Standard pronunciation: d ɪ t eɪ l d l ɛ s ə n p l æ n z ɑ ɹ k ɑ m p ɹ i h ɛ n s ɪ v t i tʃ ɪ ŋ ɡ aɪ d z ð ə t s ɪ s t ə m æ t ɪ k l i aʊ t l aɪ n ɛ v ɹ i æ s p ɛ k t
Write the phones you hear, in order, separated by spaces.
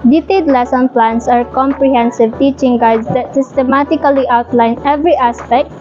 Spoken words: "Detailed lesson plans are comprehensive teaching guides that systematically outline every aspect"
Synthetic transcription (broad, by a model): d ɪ t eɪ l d l ɛ s ə n p l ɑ n s ɑ ɹ k ɑ m p ɹ i h ɛ n s ɪ v t i tʃ ɪ ŋ ɡ aɪ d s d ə t s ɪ s t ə m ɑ t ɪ k l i aʊ t l aɪ n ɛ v ɹ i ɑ s p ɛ k t